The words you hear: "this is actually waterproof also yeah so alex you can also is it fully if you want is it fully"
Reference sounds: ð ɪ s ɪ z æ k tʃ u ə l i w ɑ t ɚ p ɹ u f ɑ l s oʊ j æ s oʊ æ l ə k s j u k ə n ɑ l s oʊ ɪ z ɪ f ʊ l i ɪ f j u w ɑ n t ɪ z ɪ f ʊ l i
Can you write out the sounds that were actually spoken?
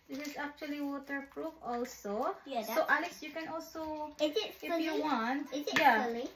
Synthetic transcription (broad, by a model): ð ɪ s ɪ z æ k tʃ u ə l i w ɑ t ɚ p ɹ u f ɑ l s oʊ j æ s oʊ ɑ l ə s j u k ə n ɑ l s oʊ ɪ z ɪ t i ɪ f j u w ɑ n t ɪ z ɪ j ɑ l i